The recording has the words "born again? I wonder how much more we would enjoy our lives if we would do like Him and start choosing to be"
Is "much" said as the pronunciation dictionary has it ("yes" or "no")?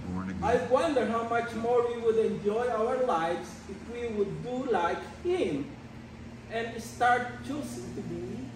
yes